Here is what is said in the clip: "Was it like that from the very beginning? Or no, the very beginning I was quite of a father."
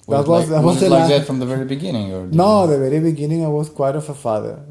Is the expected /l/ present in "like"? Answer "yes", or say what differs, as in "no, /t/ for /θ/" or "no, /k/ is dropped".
no, /w/ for /l/